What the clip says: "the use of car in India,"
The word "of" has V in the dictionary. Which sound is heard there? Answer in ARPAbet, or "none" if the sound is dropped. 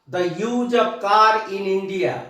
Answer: B